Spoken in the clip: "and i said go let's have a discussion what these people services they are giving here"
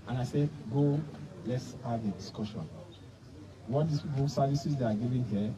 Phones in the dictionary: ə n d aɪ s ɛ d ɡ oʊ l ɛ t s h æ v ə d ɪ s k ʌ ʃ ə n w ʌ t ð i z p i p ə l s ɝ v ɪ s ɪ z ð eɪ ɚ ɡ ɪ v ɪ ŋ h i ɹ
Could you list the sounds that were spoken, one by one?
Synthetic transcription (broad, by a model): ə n aɪ s ɛ d ɡ oʊ l ɛ t s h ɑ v ə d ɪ s k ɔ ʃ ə n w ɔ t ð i s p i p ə s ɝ v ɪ s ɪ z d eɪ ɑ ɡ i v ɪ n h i